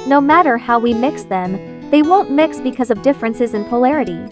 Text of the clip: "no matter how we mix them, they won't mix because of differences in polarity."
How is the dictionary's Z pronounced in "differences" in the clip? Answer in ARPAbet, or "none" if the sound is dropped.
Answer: Z